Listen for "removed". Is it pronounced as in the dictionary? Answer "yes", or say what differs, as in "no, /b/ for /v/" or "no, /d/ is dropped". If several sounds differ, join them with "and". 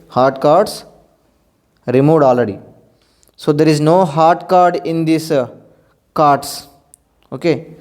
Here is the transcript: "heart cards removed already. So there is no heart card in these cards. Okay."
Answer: no, /v/ is dropped